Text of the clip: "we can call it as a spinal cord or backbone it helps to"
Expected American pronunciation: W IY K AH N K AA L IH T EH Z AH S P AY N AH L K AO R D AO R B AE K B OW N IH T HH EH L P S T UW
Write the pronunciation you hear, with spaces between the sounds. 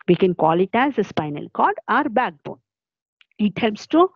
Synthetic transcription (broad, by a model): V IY K AH N K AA L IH T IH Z AH S P AY N AH L K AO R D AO R B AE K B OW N IH T HH EH L P S T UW